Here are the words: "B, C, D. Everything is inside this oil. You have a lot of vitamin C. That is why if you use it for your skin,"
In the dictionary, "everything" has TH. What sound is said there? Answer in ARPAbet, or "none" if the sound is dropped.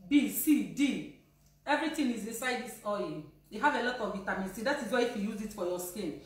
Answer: T